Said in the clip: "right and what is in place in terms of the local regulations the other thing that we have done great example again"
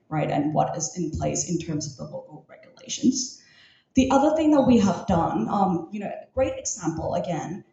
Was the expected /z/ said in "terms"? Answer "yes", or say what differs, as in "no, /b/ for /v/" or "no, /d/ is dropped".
yes